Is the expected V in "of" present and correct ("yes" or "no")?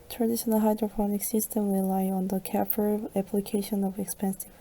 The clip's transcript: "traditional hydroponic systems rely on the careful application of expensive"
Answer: yes